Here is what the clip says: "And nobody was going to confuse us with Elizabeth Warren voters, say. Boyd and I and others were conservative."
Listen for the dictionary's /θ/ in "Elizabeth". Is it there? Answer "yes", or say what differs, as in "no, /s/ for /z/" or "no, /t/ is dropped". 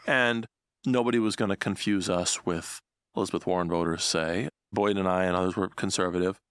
yes